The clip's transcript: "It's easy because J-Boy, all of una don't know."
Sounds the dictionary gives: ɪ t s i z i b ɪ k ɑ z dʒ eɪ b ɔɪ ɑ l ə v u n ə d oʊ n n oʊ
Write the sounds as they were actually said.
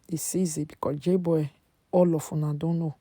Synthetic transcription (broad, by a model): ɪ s i z i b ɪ k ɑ dʒ eɪ b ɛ ɑ l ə f u n ə d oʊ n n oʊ